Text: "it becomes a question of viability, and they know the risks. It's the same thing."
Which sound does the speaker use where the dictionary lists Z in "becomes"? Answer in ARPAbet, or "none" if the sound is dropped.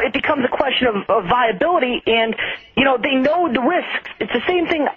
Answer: Z